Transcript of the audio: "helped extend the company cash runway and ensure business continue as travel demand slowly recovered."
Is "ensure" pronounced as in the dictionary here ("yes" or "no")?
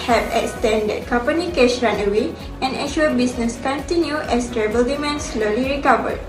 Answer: no